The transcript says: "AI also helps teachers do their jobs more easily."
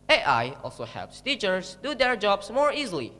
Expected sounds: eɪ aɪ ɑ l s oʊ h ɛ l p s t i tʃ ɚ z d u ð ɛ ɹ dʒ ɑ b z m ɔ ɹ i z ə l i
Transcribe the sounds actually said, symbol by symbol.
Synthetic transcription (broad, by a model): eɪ aɪ ɑ l s oʊ h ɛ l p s t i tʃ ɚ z d u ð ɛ ɹ dʒ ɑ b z m ɔ ɹ i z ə l i